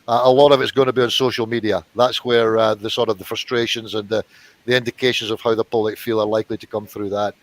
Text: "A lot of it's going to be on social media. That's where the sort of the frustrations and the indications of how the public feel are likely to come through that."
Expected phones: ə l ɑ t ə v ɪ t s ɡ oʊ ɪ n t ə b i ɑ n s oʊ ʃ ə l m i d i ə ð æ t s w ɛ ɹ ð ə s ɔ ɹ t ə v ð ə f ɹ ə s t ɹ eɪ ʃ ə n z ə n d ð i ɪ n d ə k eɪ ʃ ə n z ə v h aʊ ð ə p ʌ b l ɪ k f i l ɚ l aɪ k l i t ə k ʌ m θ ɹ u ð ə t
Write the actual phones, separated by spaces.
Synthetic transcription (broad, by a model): ə l ɑ t ə v ɪ t s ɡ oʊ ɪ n t ə b i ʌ n s oʊ ʃ ə l m i d i ə ð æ t s w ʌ ɹ ð ə s ɔ ɹ t ə v ð ə f ɹ ə s t ɹ eɪ ʃ ə n z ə n ð i ɪ n d ə k eɪ ʃ ə n z ə v h aʊ ð ə p ʌ b l ɪ k f i l ɚ l aɪ k l i t ə k ʌ m θ ɹ u ð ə t